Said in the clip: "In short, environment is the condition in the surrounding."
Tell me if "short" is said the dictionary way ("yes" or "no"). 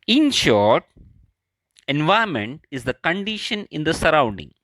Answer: yes